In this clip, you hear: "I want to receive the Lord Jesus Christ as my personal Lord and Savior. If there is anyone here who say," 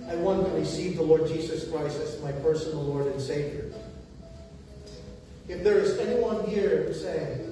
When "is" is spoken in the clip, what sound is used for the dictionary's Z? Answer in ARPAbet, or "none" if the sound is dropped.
Z